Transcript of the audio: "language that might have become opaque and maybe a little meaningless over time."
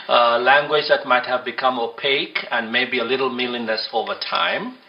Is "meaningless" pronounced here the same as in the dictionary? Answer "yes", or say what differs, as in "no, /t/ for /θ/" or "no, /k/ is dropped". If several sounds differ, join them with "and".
no, /l/ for /n/ and /n/ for /l/